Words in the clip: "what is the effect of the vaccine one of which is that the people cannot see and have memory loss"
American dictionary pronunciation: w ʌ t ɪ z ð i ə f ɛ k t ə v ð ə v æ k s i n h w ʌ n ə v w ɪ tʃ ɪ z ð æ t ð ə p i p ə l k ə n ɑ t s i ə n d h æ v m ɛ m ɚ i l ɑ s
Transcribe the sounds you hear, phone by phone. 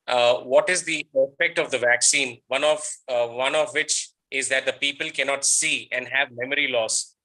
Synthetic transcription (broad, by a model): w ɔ t ɪ z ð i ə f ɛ k t ə v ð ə v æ k s i n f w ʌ n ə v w ɪ tʃ ɪ z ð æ t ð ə p i p ə l k ə n ɑ t s i ə n d h æ v m ɛ m ɚ i l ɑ s